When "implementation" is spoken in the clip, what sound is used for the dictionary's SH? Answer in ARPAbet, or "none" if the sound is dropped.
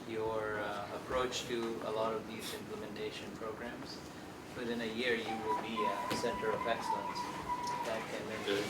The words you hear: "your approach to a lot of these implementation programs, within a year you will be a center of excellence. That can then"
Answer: SH